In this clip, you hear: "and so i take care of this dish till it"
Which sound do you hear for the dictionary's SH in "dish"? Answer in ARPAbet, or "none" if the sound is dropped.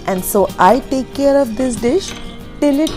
SH